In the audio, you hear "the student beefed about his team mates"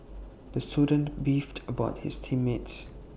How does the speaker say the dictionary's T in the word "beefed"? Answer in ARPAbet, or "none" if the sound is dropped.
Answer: T